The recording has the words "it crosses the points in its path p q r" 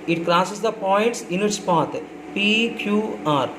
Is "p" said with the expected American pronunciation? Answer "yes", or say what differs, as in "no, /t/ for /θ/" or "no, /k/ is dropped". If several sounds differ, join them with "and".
yes